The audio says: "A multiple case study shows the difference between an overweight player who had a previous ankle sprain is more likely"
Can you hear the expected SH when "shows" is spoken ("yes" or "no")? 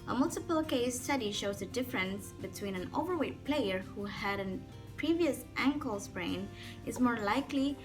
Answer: yes